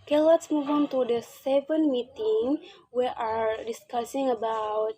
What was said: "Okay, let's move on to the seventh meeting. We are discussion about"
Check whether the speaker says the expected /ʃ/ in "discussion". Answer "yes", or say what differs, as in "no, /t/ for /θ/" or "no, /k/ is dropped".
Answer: no, /s/ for /ʃ/